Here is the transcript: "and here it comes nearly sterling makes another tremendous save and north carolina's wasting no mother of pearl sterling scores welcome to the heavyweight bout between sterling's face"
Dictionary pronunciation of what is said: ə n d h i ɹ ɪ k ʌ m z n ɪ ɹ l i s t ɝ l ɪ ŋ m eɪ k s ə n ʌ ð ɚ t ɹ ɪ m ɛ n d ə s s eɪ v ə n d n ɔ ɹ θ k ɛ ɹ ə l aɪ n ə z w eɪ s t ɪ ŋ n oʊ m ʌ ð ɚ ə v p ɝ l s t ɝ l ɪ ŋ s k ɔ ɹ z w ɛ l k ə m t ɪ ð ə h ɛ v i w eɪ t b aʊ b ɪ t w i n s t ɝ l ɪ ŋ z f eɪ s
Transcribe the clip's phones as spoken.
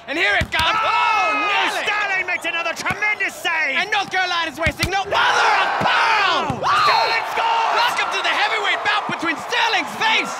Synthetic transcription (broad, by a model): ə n h i ɹ ɪ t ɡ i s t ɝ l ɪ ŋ m eɪ k s ə n ʌ ð ɚ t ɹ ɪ m ɛ n d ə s s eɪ ə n n ɔ ɹ θ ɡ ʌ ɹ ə l aɪ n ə z w eɪ s t ɪ ŋ n oʊ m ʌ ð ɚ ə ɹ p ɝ s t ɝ l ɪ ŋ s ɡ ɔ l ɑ k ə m t ɪ ð ə h ɛ v i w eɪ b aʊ b ɪ t w i n s t ɝ l ɪ ŋ z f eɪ s